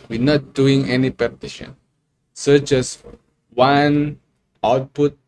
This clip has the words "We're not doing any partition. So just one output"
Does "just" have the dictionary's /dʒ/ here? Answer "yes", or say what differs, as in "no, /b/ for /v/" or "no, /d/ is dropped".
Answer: no, /tʃ/ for /dʒ/